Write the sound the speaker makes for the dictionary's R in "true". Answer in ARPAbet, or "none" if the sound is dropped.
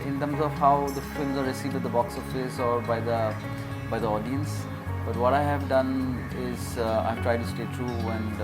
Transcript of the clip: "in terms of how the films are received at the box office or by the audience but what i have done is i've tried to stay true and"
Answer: R